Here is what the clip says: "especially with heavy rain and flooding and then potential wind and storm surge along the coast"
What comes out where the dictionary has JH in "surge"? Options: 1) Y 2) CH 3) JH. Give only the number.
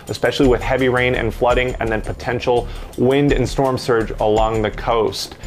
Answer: 3